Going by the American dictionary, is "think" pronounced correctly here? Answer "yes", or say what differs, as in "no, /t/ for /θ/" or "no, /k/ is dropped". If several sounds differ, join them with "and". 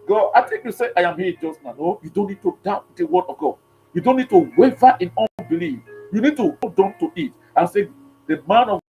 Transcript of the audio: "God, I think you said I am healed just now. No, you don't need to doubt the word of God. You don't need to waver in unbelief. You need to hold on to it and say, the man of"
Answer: no, /t/ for /θ/